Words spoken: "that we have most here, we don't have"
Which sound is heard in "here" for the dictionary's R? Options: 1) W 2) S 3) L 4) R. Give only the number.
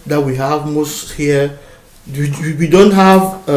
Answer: 1